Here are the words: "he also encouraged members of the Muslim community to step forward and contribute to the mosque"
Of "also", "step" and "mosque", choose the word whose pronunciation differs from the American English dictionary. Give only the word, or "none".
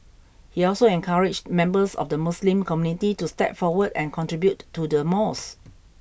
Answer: mosque